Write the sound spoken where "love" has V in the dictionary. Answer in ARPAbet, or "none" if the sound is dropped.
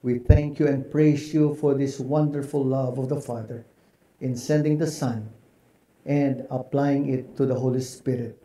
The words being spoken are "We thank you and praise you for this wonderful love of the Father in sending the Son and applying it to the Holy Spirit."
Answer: V